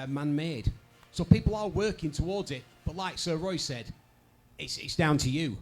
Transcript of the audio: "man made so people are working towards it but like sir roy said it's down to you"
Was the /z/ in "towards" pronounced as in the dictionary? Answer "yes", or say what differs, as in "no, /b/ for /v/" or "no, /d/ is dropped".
yes